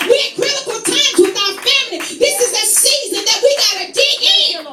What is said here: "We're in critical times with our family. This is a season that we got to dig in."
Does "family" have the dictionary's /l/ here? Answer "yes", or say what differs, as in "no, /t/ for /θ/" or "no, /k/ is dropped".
no, /n/ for /l/